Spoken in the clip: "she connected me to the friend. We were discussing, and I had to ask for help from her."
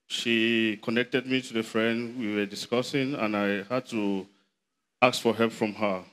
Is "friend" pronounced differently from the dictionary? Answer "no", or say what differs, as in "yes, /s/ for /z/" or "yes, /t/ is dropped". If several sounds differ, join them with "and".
no